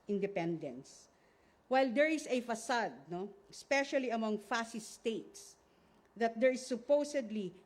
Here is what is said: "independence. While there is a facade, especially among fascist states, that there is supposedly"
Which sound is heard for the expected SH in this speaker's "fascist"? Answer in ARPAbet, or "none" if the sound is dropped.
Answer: S